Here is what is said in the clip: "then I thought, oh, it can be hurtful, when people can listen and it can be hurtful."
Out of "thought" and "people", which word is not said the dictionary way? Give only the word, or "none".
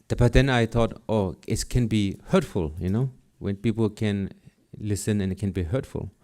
thought